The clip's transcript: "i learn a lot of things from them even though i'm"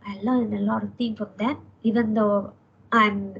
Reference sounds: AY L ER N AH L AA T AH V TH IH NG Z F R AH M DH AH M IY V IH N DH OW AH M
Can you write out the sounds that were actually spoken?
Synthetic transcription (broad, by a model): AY L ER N AH L AA T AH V T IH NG F R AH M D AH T IY V IH N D OW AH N